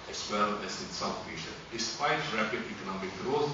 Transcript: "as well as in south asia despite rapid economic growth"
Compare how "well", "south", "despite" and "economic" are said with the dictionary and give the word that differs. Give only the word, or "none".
south